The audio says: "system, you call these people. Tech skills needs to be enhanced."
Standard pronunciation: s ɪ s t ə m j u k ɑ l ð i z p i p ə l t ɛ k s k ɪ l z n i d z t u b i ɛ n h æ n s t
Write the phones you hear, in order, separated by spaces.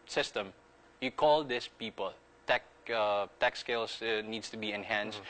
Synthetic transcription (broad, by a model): s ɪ s t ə m j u k ɑ l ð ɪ s p i p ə l t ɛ k s k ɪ l s n i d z t u b i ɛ n h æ n s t